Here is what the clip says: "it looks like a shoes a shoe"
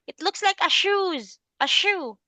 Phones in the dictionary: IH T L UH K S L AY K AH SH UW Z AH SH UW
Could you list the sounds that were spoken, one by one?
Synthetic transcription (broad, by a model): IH T L UH K S L AY K AH SH UW Z AH SH UW